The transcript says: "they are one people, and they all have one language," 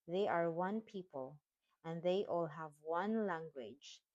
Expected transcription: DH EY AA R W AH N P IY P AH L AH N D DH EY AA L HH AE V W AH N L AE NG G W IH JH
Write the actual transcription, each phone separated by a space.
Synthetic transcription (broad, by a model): DH EY AA R W AH N P IY P AH L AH N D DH EY AA L HH AE V W AH N L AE NG G W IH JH